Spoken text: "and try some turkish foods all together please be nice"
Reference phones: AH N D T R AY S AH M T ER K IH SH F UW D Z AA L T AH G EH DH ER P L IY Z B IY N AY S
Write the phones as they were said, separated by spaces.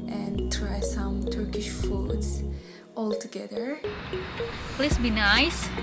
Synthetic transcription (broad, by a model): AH N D T R AY S AH M T ER K IH SH F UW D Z AA L T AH G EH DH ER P L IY S B IY N AY S